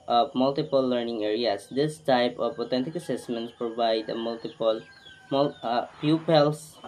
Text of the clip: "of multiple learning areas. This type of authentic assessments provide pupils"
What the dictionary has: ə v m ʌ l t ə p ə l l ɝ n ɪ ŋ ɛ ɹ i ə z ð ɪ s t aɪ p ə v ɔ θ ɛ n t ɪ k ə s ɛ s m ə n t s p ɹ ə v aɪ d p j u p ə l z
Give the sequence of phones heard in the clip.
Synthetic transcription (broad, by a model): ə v m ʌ l t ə p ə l l ɝ n ɪ ŋ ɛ ɹ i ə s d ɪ s t aɪ p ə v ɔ t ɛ n t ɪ k ə s ɛ s m ə n t s p ɹ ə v aɪ d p j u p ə l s